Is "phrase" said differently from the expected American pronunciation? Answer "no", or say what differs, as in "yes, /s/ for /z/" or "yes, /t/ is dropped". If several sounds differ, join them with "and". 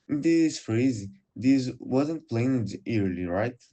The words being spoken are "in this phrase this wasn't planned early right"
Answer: no